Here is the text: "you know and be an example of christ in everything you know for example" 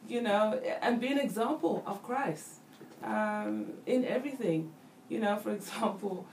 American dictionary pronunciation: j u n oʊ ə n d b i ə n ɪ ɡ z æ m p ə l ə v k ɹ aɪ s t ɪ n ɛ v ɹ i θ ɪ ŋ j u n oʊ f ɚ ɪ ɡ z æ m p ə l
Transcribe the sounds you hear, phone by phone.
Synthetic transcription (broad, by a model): j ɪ n oʊ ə n b i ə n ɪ ɡ z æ m p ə l ə v k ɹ aɪ s t ɪ n ɛ v ɹ i θ ɪ ŋ j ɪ n oʊ f ɚ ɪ ɡ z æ m p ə l